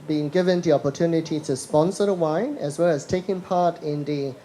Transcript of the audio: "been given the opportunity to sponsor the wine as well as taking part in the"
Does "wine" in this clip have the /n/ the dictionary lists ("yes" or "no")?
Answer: yes